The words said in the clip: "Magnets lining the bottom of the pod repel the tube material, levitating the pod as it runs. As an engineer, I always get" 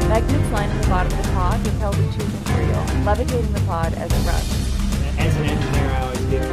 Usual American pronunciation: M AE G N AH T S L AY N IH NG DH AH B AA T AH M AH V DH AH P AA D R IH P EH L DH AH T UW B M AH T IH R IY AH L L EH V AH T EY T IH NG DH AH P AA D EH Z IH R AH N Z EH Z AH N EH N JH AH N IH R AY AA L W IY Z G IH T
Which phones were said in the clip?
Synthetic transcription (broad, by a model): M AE G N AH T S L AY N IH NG DH AH B AA T AH M AH V DH AH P AA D W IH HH EH L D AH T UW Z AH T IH R IY L L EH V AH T EY T IH NG DH AH P AA D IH Z IH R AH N IH Z AH N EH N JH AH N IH R AY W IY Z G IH